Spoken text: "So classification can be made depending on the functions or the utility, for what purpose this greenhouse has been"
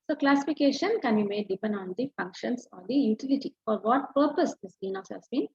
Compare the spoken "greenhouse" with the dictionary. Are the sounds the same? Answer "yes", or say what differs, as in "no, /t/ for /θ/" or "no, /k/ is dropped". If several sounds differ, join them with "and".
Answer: no, /ɹ/ is dropped